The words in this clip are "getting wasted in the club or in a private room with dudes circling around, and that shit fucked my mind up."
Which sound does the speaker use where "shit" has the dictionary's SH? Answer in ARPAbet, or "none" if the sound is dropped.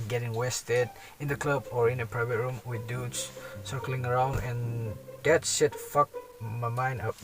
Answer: S